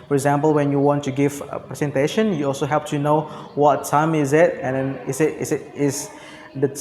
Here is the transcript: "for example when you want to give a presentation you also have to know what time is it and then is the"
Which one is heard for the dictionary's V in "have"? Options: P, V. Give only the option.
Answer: P